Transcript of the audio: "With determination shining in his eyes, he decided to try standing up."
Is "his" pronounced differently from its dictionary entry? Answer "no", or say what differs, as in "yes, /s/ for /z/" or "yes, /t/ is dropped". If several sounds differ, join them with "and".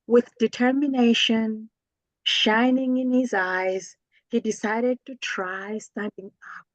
no